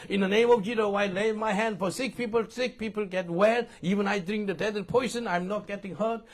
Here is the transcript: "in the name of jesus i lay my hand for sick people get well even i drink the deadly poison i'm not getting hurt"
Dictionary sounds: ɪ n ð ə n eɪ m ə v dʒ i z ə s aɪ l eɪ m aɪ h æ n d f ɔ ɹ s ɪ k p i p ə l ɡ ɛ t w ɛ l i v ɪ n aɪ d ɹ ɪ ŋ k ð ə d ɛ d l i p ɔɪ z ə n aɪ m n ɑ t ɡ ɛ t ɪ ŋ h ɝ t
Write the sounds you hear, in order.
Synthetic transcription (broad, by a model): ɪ n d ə n eɪ m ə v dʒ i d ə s aɪ l eɪ m aɪ h æ n d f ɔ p s ɪ k p i p ə l ɡ ɛ t w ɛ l i v ɪ n aɪ d ɹ ɪ ŋ k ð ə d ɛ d i p ɔɪ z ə n aɪ m n ɑ t ɡ ɛ t ɪ ŋ h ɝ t